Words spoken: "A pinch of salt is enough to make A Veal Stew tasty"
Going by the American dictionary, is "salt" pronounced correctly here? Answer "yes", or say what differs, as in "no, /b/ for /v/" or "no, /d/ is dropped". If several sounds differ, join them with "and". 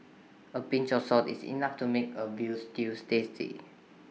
no, /l/ is dropped